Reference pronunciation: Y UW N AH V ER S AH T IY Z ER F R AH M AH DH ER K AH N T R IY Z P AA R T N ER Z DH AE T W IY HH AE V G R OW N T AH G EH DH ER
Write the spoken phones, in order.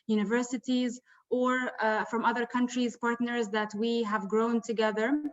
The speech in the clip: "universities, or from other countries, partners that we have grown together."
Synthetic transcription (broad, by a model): Y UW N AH V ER S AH T IY Z ER F R AH M AH DH ER K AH N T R IY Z P AA R T N ER Z DH AE T W IY HH AE V G R OW N T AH G EH DH ER